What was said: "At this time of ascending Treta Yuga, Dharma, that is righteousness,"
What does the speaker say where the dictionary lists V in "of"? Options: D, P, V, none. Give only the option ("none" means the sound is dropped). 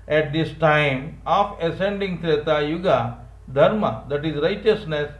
P